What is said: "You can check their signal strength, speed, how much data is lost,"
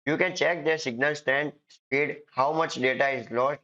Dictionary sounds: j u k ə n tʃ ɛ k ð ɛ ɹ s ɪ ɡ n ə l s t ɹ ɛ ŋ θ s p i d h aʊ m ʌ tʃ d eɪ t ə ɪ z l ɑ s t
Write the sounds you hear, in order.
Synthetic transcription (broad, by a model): j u k ə n tʃ ɛ k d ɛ ɹ s ɪ ɡ n ə l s t ɛ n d s p i d h aʊ m ʌ tʃ d eɪ t ə ɪ z l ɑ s t